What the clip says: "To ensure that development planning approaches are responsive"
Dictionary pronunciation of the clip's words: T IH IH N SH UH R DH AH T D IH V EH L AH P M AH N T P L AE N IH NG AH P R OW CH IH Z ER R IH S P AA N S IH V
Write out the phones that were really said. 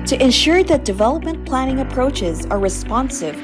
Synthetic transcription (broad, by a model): T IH IH N SH UH R DH AH T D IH V EH L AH P M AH N P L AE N IH NG AH P R OW CH IH Z ER R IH S P AA N S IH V